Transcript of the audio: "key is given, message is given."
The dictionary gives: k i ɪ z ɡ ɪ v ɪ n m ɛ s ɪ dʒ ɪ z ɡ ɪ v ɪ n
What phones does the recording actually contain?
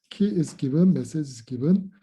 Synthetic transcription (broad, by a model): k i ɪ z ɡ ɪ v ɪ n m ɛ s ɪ z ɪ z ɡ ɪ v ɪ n